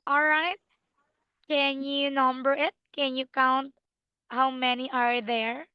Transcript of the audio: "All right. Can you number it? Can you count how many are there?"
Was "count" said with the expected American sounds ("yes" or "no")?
yes